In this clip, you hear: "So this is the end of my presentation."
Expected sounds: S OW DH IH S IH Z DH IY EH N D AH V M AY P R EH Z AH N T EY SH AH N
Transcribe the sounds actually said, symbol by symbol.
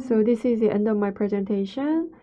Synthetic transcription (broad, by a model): S OW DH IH S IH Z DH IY EH N D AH F M AY P R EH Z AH N T EY SH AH N